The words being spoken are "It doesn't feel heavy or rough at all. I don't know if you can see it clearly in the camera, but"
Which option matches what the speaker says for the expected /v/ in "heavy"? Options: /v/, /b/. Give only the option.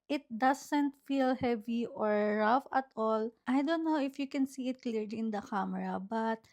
/v/